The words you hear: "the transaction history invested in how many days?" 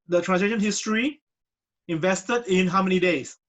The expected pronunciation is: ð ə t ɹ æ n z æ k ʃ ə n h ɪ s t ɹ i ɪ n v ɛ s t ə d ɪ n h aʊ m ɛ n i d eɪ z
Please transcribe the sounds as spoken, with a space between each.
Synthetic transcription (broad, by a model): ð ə t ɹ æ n s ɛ ʃ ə n h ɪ s t ɹ i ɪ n v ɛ s t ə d ɪ n h aʊ m ɛ n i d eɪ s